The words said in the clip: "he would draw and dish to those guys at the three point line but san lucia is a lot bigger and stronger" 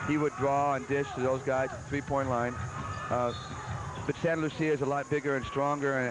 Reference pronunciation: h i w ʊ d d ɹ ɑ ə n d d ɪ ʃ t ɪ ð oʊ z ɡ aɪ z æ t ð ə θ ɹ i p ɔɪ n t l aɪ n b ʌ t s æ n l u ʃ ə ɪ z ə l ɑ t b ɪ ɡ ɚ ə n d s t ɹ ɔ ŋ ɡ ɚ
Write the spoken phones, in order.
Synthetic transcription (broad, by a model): h i w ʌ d d ɹ ɑ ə n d d ɪ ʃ t ɪ ð oʊ z ɡ aɪ z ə θ ɹ i p ɔɪ n t l aɪ n b ʌ t s æ n l u s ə ɪ z ə l ɑ t b ɪ ɡ ɚ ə n s t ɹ ɔ ŋ ɡ ɚ